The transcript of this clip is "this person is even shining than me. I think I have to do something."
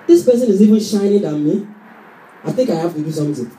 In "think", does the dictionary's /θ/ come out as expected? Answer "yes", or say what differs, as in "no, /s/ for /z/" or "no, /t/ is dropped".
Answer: yes